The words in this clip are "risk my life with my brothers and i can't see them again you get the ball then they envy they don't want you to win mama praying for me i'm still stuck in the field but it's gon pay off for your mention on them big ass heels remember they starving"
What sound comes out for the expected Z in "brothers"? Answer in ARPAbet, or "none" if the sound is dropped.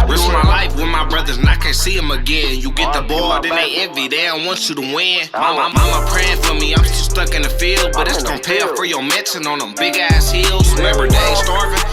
Z